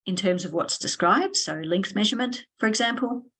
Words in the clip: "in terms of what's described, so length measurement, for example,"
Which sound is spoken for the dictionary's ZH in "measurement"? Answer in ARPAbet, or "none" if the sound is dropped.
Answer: ZH